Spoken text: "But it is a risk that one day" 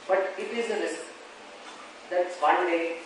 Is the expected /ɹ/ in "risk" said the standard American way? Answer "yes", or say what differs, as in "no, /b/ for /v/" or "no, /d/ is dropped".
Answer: no, /l/ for /ɹ/